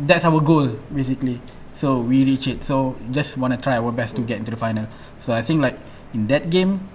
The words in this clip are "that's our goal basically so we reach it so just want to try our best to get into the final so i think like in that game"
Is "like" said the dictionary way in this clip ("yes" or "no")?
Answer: yes